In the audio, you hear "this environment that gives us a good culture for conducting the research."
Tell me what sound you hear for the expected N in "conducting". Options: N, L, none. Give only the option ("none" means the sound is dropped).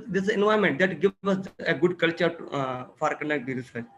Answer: none